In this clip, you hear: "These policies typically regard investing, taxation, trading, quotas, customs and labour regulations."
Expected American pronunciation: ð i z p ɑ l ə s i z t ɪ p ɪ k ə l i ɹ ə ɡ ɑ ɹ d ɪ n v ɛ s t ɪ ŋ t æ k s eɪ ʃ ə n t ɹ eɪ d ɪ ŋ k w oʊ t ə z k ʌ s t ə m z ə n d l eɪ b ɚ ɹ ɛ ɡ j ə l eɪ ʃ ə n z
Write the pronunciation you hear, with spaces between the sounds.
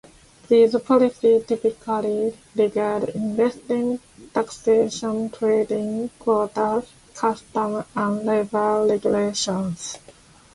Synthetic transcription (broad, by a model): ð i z p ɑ l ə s i t ɪ p ɪ k ə l i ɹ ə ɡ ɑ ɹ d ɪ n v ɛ s t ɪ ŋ t æ k s eɪ ʃ ə n t ɹ eɪ d ɪ ŋ k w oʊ t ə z k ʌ s t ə m ə n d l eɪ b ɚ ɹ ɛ ɡ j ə l eɪ ʃ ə n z